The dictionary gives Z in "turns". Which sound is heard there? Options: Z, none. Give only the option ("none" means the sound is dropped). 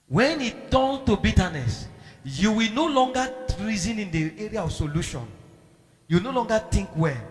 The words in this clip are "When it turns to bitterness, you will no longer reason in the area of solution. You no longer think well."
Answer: none